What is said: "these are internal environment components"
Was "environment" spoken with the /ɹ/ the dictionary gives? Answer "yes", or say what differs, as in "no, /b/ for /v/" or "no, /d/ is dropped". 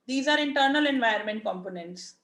no, /ɹ/ is dropped